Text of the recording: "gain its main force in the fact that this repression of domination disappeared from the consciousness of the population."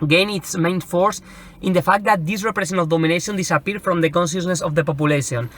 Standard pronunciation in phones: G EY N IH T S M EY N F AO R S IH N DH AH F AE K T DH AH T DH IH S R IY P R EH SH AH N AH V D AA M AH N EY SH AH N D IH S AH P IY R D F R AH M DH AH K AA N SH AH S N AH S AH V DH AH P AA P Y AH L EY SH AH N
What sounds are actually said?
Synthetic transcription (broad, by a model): G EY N IH T S M EY N F AO R S IH N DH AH F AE K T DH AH T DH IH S R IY P R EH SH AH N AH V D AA M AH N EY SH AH N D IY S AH P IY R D F R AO M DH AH K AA N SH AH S N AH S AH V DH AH P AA P Y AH L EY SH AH N